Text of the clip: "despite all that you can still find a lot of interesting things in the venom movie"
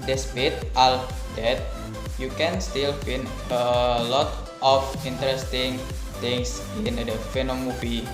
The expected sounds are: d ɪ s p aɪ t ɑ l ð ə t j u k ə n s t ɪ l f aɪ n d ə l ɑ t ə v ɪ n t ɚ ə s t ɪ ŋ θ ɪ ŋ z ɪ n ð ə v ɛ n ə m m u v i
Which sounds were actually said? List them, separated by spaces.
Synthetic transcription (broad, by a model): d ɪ s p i t ɑ l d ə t j u k ə n s t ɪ l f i n ə l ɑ t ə f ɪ n t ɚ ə s t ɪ ŋ t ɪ ŋ s ɪ n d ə f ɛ n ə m m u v i